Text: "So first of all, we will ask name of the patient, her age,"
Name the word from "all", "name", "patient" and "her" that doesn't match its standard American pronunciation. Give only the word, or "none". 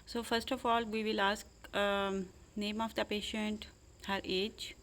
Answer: none